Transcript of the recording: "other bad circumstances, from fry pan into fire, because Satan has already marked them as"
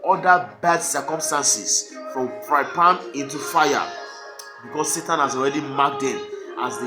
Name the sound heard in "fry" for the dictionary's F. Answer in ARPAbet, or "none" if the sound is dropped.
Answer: P